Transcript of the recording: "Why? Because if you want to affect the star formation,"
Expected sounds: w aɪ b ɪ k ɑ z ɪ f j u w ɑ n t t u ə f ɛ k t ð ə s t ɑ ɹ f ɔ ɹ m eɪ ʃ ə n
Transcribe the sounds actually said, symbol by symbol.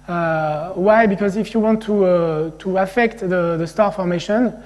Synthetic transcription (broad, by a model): w aɪ b ɪ k ɑ z ɪ f j u w ɑ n t t u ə f ɛ k t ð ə s t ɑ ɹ f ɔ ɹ m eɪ ʃ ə n